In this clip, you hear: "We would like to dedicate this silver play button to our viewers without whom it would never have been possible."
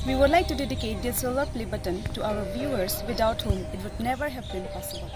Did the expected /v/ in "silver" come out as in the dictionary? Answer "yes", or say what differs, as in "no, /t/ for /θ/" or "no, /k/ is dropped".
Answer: no, /v/ is dropped